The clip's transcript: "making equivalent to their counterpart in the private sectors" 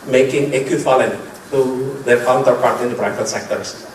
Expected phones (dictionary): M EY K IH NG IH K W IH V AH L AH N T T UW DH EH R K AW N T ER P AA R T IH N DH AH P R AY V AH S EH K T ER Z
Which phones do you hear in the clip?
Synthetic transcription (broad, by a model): M EY K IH NG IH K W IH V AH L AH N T T UW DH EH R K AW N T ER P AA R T IH N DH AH B R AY F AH S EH K T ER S